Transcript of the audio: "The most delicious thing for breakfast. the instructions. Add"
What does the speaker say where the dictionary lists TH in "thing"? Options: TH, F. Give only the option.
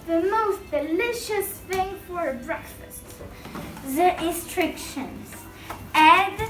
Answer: TH